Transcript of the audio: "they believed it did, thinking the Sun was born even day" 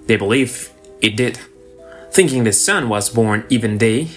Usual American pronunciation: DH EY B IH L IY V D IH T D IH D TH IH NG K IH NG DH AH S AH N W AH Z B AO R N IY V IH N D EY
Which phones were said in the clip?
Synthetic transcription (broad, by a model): DH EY B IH L IY V IH T D IH D TH IH NG K IH NG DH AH S AH N W AH Z B AO R N IY V IH N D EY